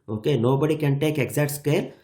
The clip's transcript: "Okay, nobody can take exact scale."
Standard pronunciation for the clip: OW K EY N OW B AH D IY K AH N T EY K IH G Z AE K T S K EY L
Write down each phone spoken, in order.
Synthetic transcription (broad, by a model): OW K EY N OW B AH D IY K AH N T EY K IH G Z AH T S K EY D